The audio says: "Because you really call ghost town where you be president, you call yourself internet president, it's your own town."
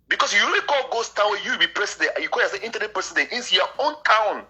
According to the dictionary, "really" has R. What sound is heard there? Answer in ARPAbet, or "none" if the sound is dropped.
W